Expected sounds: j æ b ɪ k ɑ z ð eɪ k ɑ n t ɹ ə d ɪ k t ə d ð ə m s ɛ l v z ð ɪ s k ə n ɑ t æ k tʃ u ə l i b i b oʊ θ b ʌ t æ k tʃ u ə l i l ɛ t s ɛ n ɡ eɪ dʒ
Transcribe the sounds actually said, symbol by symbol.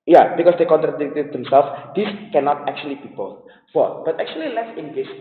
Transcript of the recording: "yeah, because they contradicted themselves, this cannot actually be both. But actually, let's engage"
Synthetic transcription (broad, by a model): j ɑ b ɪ k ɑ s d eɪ k ɑ n t ɹ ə d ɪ k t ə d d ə m s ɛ l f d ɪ s k ə n ɑ t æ k tʃ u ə l i b i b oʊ f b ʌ t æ k tʃ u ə l i l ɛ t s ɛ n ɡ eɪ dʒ